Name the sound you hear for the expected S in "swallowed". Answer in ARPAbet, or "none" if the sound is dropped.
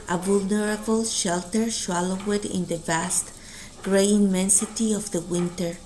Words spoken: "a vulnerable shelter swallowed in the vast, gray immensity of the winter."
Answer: SH